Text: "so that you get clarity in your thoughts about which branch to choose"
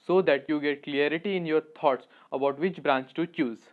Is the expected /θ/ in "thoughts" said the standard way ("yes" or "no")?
no